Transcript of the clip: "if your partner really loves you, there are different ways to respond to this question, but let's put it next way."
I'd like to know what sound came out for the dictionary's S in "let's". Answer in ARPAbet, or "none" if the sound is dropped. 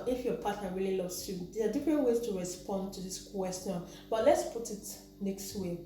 S